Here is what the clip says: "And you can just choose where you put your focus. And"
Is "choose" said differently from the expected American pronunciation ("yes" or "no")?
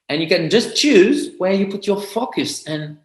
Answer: no